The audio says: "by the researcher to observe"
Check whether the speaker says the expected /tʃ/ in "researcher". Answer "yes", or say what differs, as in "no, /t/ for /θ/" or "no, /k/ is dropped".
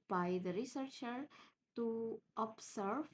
yes